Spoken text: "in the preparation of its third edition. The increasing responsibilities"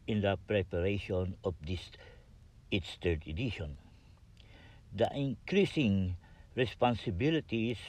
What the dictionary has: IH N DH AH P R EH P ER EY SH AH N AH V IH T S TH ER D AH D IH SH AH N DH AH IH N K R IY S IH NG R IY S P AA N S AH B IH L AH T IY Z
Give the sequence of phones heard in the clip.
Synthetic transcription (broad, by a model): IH N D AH P R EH P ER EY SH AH N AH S IH T S T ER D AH D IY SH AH N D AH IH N K R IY S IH NG R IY S P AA N S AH B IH L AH T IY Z